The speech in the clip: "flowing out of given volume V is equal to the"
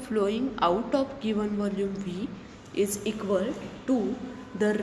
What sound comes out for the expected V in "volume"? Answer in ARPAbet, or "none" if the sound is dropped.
V